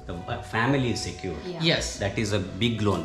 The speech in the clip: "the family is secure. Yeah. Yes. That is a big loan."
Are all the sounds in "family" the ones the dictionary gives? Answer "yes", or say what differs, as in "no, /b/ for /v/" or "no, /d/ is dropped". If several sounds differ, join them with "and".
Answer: yes